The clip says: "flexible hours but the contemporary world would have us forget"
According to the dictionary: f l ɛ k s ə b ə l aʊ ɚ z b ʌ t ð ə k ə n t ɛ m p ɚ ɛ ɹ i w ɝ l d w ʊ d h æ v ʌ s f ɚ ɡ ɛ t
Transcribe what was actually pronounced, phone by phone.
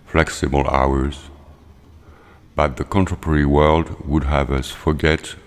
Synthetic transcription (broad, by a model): f l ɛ k s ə b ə l aʊ ɚ z b ʌ t ð ə k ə n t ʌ p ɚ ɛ ɹ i w ɝ l d w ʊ d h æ v ʌ s f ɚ ɡ ɛ t